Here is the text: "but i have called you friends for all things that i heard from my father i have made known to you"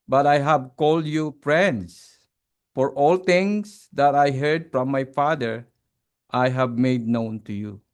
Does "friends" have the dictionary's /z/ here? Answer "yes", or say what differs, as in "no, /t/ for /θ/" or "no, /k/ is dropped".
no, /s/ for /z/